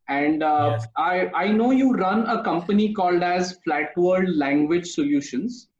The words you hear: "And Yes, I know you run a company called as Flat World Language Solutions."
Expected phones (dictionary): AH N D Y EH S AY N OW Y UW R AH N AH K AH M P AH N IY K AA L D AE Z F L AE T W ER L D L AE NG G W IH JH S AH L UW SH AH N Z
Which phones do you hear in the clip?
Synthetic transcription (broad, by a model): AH N D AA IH AY N OW Y UW R AH N AH K AH M P AH N IY K AA L D AE Z F L AE T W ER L D L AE NG G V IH JH S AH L UW SH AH N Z